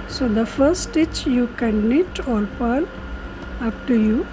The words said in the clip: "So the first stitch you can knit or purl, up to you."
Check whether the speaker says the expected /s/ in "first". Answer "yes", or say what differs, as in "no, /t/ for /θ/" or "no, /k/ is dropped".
no, /s/ is dropped